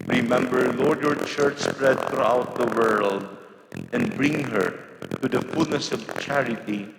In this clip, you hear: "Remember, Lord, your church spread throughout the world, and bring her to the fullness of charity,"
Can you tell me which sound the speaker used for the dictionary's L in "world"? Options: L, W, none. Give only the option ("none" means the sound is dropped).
L